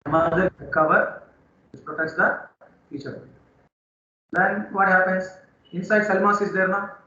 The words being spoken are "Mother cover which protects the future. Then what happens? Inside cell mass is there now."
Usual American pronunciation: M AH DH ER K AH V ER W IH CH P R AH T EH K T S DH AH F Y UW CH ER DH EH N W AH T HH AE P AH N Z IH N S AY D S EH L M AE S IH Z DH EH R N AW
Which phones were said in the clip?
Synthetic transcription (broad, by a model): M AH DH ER K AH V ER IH S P R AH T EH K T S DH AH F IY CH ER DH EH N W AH T HH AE P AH N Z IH N S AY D S EH L M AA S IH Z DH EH R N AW